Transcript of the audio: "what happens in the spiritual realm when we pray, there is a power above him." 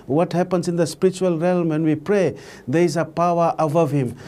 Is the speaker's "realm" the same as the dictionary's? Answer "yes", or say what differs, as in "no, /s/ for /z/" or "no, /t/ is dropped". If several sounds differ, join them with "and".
yes